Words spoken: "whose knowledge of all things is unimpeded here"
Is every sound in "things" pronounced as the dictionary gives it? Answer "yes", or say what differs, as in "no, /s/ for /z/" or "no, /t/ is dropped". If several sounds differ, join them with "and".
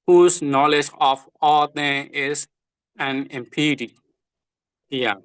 no, /t/ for /θ/ and /z/ is dropped